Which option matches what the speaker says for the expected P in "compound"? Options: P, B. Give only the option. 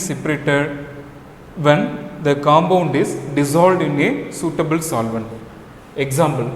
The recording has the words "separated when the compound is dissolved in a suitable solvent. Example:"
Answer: B